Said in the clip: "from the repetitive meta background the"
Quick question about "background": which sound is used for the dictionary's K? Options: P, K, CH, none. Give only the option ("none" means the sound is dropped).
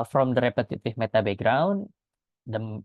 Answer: none